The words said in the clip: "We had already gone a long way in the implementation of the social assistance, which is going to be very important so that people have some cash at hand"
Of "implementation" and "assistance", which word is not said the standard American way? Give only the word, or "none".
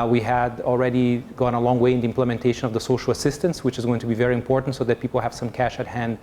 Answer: none